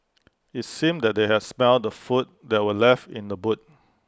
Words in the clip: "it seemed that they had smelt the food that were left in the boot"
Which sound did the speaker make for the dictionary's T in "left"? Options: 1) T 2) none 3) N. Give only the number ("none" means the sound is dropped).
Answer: 1